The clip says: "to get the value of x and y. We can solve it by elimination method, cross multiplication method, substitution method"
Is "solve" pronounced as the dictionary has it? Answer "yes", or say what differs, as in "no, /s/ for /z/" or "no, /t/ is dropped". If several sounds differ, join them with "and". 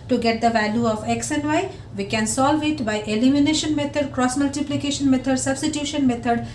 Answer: yes